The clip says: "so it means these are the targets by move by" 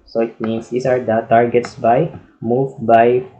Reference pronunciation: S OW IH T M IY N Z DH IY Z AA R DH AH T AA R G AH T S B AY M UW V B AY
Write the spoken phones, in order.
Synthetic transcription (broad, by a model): S OW IH T M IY N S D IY S AA R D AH T AA R G AH T S B AY M UW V B AY